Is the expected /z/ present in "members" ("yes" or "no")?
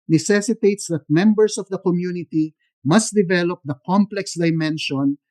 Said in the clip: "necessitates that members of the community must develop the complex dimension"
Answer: no